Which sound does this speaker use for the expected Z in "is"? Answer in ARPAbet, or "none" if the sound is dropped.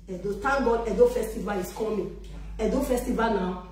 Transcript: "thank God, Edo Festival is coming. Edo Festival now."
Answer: S